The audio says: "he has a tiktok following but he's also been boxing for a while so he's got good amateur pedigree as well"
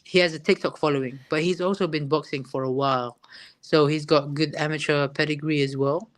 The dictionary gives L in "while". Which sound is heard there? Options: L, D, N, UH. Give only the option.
L